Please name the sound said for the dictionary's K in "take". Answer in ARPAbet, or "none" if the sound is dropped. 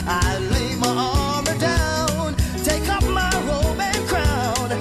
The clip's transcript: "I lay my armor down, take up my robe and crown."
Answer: K